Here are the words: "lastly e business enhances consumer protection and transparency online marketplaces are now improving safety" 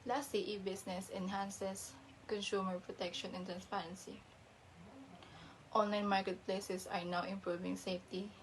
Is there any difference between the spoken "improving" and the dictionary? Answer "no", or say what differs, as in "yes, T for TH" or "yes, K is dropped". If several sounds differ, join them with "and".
no